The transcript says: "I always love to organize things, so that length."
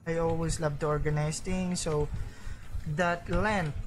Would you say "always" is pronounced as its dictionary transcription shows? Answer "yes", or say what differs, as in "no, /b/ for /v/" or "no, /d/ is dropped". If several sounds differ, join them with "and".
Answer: no, /s/ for /z/